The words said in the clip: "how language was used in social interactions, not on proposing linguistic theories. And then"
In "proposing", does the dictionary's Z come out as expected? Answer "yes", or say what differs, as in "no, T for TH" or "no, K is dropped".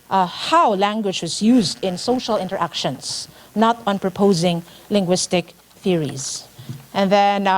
yes